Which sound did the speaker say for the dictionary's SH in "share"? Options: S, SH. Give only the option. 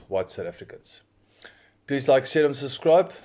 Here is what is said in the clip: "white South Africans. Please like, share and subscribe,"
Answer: S